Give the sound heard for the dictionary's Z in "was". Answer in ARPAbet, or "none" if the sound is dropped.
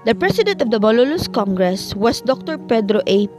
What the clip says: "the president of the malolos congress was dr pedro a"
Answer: S